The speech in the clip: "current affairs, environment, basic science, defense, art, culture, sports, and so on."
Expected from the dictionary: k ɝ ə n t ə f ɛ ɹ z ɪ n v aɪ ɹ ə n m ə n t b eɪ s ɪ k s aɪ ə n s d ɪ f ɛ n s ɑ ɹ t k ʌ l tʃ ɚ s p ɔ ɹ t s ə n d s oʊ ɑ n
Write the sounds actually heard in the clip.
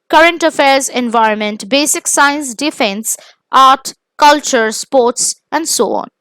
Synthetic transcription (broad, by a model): k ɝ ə n t ə f ɛ ɹ z ɪ n v aɪ ɹ ə n m ə n t b eɪ s ɪ k s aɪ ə n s d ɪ f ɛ n s ɑ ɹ t k ʌ l tʃ ɚ s p ɔ ɹ t s ə n d s oʊ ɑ n